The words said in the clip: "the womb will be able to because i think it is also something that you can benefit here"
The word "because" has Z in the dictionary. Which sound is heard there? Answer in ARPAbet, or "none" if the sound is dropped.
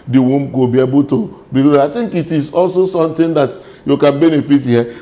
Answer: none